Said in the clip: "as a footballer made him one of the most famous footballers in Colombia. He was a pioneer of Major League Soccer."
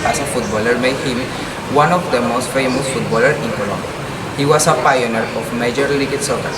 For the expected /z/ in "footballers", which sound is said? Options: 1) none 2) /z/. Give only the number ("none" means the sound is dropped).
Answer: 1